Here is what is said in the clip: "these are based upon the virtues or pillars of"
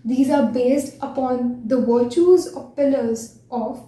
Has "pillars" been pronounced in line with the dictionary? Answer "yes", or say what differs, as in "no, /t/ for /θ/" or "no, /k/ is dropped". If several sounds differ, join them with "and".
yes